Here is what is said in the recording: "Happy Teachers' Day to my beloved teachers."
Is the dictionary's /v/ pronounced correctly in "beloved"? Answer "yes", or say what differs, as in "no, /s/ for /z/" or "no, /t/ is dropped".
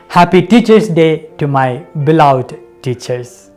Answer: no, /v/ is dropped